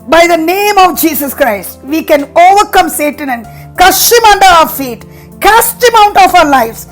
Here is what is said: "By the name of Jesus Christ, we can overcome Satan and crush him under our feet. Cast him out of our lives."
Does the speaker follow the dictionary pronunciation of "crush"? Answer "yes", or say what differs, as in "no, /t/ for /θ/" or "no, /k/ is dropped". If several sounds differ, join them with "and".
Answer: no, /ɹ/ is dropped